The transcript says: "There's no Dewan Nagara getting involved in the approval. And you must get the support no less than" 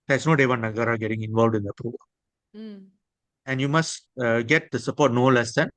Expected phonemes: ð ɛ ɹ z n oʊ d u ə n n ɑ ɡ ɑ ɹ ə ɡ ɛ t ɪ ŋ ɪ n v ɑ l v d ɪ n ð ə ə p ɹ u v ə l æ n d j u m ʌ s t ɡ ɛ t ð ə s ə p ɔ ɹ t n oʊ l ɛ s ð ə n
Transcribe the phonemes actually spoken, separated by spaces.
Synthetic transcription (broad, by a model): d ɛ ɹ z n oʊ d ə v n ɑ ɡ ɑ ɹ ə ɡ ɛ t ɪ ŋ ɪ n v ɑ l v d ɪ n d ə ə p ɹ u v ə l æ n d j u m ʌ s t ɡ ɛ t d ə s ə p ɔ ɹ t n oʊ l ɛ s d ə n